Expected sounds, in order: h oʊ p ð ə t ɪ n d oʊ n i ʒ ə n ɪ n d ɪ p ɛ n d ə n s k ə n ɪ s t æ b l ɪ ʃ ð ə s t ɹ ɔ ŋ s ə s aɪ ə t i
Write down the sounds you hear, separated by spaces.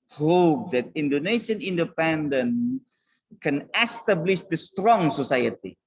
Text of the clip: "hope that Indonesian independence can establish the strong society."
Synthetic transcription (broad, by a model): h oʊ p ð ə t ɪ n d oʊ n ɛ ʃ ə n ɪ n d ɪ p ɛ n d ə n k ə n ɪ s t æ b l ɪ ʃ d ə s t ɹ ɔ ŋ s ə s aɪ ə t i